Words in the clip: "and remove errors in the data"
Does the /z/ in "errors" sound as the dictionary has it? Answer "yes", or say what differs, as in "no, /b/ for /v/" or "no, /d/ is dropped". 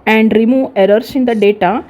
no, /s/ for /z/